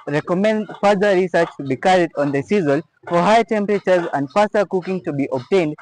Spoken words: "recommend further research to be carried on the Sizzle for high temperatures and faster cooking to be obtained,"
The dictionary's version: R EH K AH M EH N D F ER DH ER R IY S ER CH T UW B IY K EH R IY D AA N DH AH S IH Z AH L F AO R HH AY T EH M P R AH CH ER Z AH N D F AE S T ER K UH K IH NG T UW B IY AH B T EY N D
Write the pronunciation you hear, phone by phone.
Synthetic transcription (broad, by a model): R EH K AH M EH N D F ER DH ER R IY S ER CH T UW B IY K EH R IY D AA N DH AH S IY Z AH L F AO R HH AY T EH M P R AH CH ER Z AH N D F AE S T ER K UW K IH NG T UW B IY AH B T EY N D